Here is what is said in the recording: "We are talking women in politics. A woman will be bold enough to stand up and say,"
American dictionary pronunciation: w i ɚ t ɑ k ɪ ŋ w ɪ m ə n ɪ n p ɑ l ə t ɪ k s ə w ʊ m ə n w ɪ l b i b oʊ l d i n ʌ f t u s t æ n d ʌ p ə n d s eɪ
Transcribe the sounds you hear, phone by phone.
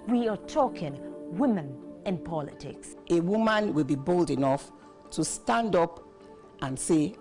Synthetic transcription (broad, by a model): w i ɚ t ɑ k ɪ ŋ w ɪ m ə n ɪ n p ɑ l ə t ɪ k s ə w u m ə n w ɪ l b i b oʊ l d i n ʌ f t u s t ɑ n d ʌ p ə n s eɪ